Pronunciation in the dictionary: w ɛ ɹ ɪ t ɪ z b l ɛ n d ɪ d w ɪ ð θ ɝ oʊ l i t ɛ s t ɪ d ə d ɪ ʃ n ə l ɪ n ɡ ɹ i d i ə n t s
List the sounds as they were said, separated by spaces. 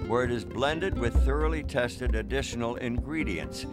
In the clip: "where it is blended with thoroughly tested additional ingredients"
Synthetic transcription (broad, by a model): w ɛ ɹ ɪ t ɪ z b l ɛ n d ɪ d w ɪ ð θ ɝ oʊ l i t ɛ s t ɪ d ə d ɪ ʃ n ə l ɪ n ɡ ɹ i d i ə n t s